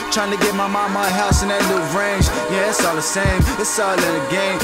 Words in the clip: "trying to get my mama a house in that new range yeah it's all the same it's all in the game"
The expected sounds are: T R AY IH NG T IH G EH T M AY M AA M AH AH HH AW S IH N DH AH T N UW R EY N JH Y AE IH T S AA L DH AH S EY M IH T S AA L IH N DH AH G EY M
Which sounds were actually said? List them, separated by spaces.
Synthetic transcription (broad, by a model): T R AY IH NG T IH G EH T M AY M AA M AH AH HH AW S IH N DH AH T L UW R EY N JH Y AE IH T S AA L DH AH S EY M IH T S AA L IH N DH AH G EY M